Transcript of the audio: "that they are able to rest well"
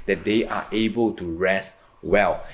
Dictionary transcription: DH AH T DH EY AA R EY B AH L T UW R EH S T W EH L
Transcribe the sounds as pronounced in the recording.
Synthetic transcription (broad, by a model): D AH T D EY AA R EY B AH L T UW R EH S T W EH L